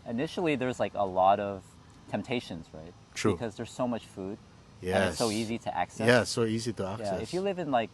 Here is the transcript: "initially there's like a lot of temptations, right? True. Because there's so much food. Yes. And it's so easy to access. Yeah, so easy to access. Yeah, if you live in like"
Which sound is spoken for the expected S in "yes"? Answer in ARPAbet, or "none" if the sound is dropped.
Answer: S